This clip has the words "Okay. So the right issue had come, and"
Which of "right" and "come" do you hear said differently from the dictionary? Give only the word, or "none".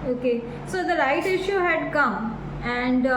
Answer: right